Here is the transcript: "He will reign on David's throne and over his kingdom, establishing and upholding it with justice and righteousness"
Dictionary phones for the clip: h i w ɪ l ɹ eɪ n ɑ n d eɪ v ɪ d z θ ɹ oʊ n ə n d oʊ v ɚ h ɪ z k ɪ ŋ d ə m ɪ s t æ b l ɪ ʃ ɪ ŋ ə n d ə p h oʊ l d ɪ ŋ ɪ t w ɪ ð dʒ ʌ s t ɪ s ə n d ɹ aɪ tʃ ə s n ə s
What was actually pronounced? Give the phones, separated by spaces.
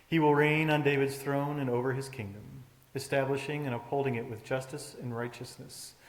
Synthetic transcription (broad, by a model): h i w ɪ l ɹ eɪ n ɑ n d eɪ v ɪ d z θ ɹ oʊ n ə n oʊ v ɚ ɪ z k ɪ ŋ d ə m ɪ s t æ b l ɪ ʃ ɪ ŋ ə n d ə p h oʊ l d ɪ ŋ ɪ t w ɪ ð dʒ ʌ s t ɪ s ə n ɹ aɪ tʃ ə s n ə s